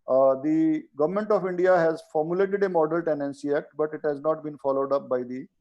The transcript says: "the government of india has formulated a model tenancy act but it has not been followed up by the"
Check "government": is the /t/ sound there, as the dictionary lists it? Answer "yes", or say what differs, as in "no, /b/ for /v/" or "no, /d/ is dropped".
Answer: yes